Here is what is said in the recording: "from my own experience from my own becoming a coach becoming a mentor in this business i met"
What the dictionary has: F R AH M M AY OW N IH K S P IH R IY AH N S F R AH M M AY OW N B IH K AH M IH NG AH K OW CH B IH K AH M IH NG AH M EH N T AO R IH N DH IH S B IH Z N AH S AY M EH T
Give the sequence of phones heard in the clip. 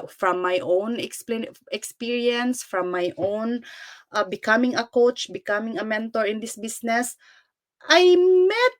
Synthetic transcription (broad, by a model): F R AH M M AY OW N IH K S P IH R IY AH N S F R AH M M AY OW N B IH K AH M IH NG AH K OW CH B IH K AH M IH NG AH M EH N T AO R IH N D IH S B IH S N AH S AY M EH T